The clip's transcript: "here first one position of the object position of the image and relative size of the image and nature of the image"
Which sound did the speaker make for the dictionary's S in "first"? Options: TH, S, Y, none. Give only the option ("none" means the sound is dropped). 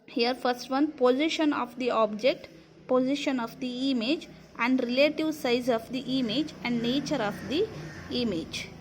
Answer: S